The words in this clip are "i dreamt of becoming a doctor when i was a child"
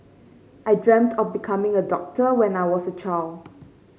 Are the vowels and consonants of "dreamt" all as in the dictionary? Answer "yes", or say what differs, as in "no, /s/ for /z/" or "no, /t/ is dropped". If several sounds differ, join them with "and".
yes